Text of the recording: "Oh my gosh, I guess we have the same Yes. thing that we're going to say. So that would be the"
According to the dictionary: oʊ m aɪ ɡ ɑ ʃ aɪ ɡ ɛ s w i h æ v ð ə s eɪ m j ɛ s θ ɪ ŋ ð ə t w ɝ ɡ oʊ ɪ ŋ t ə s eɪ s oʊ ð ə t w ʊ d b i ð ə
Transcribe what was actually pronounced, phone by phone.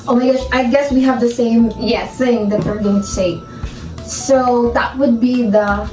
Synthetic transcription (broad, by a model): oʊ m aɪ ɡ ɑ s aɪ ɡ ɛ s w i h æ v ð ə s eɪ m j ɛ θ ɪ ŋ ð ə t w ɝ ɡ oʊ ɪ ŋ t ə s eɪ s oʊ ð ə t w ʊ d b i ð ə